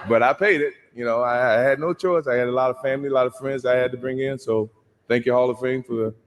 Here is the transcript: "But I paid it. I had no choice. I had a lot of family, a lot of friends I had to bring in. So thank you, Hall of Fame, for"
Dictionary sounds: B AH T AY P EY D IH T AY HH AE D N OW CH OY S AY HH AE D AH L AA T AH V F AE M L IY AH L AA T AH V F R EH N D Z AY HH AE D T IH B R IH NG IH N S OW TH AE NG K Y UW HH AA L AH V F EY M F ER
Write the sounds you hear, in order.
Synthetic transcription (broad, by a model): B AH T AY P EY D IH T AY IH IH D N OW CH OY S AY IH D AH L AA T AH V F AE M L IY AH L AA T AH V F R EH N D Z AY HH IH D T IH B R IH NG IH N S OW TH AE NG K Y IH HH AA L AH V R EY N F ER